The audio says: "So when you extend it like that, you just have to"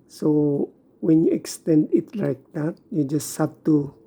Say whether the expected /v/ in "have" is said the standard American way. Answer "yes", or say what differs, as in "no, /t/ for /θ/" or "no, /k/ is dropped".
no, /p/ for /v/